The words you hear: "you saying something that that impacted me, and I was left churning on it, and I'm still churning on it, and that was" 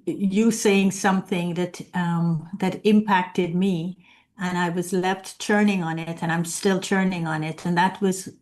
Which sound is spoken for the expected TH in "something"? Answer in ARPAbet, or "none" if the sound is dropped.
TH